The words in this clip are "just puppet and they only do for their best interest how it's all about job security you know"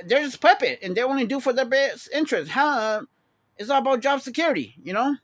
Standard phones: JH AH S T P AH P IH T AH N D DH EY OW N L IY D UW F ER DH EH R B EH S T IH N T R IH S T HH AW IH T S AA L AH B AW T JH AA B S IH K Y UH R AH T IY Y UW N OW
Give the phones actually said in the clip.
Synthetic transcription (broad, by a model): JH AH S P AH P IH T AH N DH EY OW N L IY D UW F ER DH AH R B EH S IH N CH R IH S T HH AW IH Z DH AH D AH B AW T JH AA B S IH K Y UH R AH T IY Y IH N OW